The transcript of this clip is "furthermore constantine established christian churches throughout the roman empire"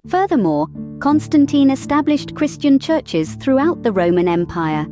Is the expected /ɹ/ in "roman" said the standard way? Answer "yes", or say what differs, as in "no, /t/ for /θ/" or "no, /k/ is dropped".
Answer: yes